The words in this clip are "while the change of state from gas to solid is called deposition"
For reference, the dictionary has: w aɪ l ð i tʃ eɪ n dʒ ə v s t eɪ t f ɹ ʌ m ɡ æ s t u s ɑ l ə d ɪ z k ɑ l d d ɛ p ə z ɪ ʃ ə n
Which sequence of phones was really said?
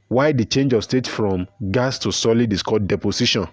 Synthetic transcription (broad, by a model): w aɪ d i tʃ eɪ n dʒ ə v s t eɪ t f ɹ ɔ m ɡ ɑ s t u s ɑ l ə d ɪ s k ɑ d d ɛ p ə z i ʃ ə n